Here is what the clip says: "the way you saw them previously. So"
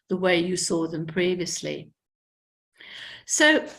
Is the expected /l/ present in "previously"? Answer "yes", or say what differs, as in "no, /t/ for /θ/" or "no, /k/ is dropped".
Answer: yes